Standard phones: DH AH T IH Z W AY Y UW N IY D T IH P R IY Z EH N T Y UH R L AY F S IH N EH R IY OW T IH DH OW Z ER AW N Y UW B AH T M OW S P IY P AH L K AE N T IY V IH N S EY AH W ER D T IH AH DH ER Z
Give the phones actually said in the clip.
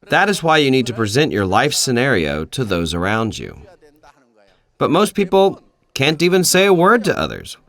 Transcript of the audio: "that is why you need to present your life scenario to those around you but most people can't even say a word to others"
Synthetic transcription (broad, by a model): DH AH T IH Z W AY Y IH N IY D T IH P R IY Z EH N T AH R L AY F S IH N EH R IY OW T IH DH OW Z ER AW N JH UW B AH T M OW S P IY P L K AE N T IY V IH N S EY AH W ER D T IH AH DH ER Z